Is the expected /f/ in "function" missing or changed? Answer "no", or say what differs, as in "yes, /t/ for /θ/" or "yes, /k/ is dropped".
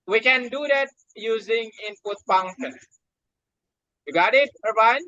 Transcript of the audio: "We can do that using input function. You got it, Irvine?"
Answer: yes, /p/ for /f/